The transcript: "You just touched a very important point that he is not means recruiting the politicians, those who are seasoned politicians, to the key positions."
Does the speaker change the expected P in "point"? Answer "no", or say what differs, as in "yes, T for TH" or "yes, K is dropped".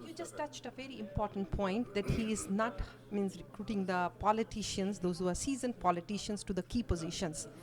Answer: no